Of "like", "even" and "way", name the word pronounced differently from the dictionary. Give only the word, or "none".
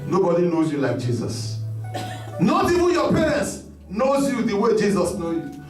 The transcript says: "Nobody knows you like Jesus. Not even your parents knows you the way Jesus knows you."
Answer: even